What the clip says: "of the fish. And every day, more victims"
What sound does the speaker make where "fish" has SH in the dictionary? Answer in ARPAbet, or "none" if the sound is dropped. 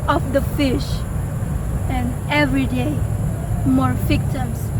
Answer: SH